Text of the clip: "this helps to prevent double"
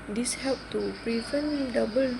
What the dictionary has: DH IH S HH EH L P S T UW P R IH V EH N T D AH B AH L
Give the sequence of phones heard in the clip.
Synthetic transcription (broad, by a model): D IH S HH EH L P T UW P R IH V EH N D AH B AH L